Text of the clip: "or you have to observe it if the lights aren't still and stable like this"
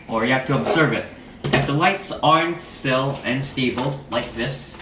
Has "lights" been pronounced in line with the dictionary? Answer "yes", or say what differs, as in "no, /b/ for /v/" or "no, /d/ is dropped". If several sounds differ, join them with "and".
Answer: yes